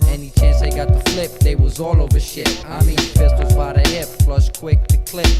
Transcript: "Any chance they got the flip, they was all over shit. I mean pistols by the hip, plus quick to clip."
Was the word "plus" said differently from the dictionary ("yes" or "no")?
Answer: yes